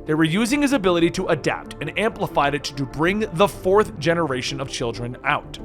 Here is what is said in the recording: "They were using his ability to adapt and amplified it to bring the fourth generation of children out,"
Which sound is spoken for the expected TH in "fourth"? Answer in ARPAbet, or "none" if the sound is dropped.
TH